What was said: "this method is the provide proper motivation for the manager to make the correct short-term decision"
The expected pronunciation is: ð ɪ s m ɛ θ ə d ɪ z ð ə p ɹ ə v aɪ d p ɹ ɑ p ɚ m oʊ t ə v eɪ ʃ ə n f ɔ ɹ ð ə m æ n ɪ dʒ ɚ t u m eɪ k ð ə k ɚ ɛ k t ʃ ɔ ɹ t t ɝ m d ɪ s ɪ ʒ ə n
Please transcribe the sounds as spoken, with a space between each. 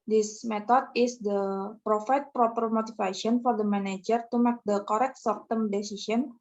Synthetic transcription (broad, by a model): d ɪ s m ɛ t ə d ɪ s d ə p ɹ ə f aɪ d p ɹ ɑ p ɚ m oʊ t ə f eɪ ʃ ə n f ɔ ɹ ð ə m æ n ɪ dʒ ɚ t u m eɪ k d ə k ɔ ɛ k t s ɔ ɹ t t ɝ m d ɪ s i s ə n